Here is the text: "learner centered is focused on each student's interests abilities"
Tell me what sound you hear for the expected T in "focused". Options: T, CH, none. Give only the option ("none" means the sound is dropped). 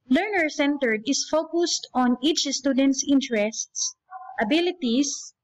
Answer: T